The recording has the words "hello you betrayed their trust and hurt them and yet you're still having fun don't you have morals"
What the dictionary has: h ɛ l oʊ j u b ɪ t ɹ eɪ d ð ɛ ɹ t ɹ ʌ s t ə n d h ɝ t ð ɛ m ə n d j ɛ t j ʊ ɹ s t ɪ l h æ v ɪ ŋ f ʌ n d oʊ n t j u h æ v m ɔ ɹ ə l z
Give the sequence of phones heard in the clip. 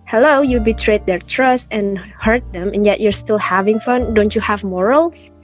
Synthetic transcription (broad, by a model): h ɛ l oʊ j u b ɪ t ɹ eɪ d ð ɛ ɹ t ɹ ʌ s t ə n h ɝ t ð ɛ m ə n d j ɛ t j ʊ ɹ s t ɪ l h æ v ɪ ŋ f ʌ n d oʊ n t j u h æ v m ɔ ɹ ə l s